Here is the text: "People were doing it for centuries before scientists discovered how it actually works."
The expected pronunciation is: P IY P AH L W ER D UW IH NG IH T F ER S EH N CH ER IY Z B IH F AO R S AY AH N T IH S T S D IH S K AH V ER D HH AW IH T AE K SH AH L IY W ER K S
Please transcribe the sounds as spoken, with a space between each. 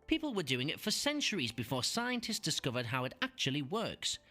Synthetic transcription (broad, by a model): P IY P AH L W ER D UW IH NG IH T F ER S EH N CH ER IY Z B IH F AO R S AY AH N T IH S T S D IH S K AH V ER D HH AW IH T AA K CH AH L IY W ER K S